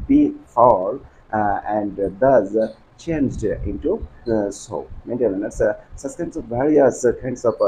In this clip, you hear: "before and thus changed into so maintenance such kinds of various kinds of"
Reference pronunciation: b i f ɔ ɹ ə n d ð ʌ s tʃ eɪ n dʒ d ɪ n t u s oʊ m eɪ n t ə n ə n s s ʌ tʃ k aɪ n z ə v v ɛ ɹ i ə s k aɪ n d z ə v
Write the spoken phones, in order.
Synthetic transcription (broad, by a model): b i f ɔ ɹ ə n d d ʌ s tʃ eɪ n dʒ d ɪ n t u s oʊ m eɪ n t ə l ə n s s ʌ s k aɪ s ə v v ɛ ɹ i ə s k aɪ n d s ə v